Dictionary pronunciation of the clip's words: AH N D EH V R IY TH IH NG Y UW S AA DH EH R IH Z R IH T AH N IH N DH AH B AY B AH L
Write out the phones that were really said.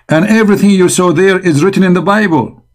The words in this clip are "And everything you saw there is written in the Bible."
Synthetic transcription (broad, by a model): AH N EH V R IY TH IH NG Y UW S AA DH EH R IH Z R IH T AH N IH N DH AH B AY B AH L